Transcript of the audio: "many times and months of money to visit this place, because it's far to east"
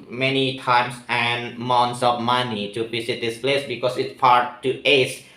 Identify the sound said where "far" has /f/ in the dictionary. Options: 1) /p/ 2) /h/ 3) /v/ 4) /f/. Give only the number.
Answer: 1